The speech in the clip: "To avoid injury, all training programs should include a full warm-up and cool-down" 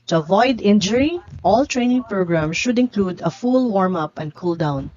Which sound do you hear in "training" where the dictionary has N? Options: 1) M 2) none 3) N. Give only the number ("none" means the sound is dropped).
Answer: 3